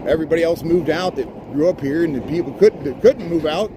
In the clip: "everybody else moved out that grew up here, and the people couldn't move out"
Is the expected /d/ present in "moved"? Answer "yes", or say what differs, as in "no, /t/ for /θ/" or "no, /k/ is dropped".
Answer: yes